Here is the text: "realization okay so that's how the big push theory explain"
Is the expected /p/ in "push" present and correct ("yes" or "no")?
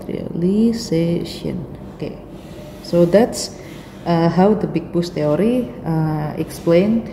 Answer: no